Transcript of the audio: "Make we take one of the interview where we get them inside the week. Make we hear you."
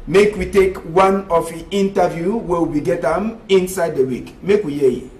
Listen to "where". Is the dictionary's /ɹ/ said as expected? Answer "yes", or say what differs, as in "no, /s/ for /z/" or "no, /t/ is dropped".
no, /w/ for /ɹ/